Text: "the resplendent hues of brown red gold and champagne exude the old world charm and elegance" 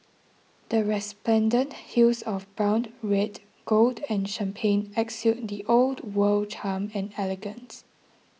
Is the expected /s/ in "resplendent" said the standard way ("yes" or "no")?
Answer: yes